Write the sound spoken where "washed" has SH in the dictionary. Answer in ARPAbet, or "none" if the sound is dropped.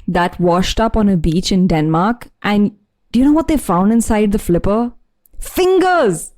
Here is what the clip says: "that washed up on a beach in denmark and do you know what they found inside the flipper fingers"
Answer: SH